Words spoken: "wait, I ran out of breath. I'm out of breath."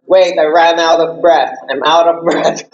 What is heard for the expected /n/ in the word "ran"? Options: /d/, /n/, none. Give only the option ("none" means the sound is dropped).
/n/